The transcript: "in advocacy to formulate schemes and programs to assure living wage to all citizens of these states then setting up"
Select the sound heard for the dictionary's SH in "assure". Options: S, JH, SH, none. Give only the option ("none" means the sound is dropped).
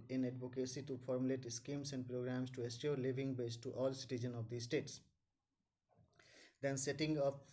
S